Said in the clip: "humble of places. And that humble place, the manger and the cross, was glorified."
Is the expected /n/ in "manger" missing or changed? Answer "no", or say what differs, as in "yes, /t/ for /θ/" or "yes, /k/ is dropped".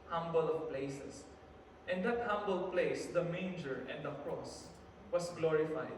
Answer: no